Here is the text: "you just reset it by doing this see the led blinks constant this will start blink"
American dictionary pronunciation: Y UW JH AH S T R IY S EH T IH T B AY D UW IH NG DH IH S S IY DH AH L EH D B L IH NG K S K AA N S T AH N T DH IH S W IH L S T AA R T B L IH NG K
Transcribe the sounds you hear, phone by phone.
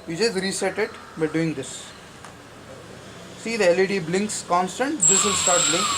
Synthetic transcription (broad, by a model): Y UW JH AH S T R IY S EH T IH T B AY D UW IH NG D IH S S IY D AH L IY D B L IH NG K S K AA N S T AH N T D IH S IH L S T AA R T B L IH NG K